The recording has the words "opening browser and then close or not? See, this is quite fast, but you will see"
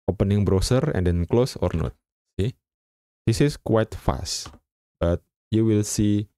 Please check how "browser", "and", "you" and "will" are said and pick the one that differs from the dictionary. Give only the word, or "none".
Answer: browser